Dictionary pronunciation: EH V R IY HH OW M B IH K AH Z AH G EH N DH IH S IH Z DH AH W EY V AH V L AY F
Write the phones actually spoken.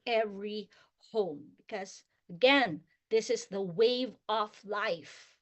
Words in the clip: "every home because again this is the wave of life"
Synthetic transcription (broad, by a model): EH V R IY HH OW M B IH K AH Z AH G EH N DH IH S IH Z DH AH W EY V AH F L AY F